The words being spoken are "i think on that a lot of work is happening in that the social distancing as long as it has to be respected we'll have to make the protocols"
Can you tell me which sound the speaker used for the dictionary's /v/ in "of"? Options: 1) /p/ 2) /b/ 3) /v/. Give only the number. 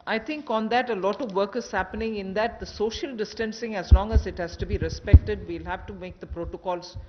3